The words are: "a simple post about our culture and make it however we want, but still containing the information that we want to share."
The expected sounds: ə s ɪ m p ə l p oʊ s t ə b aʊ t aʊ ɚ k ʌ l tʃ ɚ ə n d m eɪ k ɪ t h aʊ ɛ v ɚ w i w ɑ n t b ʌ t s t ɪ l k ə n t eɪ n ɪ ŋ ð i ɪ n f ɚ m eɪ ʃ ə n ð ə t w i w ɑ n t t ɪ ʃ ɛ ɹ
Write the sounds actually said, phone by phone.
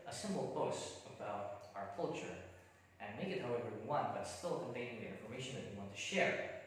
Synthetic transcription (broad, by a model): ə s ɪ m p l b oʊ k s ə b aʊ t aʊ ɚ k ʌ l tʃ ɚ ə n m eɪ k ɪ t h aʊ ɛ v ɚ w i w ɑ n t b ʌ t s t ɪ l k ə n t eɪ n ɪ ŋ ð i ɪ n f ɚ m eɪ ʃ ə n ð ə t w i w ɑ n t t ɪ ʃ ɛ ɹ